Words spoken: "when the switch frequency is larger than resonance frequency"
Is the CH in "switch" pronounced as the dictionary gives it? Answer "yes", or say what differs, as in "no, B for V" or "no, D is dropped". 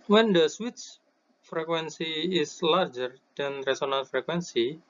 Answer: no, S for CH